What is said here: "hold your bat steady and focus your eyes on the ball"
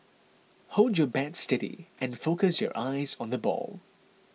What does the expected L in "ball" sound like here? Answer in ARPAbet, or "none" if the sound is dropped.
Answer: L